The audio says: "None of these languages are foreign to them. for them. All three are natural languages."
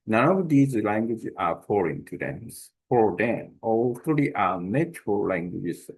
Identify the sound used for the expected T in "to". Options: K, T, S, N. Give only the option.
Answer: S